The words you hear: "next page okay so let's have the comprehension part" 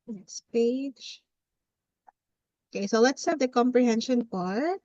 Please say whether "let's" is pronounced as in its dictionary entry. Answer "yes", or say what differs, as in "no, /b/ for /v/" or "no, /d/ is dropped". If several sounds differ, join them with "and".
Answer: yes